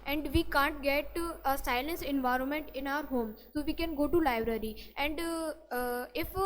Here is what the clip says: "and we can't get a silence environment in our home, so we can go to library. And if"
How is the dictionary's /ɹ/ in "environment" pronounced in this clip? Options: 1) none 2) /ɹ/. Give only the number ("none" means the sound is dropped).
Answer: 2